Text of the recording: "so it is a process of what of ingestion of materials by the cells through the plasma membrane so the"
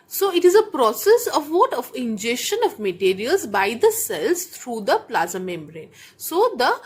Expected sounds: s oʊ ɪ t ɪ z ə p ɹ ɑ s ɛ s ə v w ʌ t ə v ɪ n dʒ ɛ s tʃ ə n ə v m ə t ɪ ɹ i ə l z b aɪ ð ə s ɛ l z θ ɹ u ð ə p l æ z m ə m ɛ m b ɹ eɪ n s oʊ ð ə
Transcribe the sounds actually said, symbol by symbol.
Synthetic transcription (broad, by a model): s oʊ ɪ t ɪ z ə p ɹ ɑ s ɛ s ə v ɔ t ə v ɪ n dʒ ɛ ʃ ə n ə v m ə t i ɹ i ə l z b aɪ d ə s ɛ l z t ɹ u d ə p l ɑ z ə m ɛ m b ɹ eɪ n s oʊ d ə